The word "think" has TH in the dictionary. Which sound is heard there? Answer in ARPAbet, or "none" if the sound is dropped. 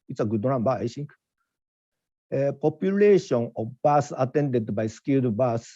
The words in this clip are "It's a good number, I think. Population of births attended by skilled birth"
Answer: S